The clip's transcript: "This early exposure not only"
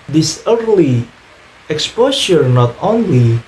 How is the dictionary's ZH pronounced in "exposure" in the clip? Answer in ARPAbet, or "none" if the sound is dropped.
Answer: SH